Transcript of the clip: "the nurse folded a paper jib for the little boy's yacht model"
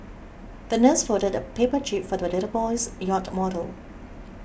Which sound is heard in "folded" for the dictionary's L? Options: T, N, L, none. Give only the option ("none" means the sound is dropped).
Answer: none